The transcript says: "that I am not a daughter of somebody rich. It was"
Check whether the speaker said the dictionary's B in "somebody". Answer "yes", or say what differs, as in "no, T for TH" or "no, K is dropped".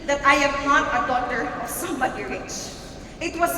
no, B is dropped